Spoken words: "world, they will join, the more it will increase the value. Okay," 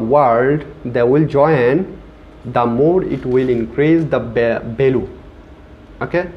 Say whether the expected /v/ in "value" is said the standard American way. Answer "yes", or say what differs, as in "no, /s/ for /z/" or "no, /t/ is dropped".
no, /b/ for /v/